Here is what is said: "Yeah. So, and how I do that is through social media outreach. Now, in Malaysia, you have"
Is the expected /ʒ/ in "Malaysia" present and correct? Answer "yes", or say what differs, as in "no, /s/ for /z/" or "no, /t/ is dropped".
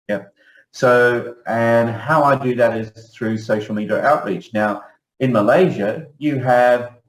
yes